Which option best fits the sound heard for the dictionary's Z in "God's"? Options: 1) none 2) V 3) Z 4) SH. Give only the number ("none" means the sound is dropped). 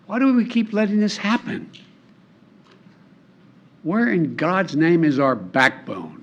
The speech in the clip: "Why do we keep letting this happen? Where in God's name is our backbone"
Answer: 3